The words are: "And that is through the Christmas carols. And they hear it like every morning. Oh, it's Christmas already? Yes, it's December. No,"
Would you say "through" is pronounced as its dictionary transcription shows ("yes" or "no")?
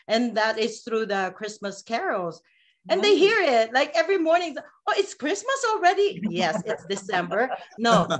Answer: yes